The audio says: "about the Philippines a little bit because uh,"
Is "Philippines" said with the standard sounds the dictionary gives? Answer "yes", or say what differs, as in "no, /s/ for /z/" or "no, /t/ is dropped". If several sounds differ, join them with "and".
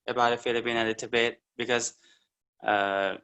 no, /b/ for /p/ and /z/ is dropped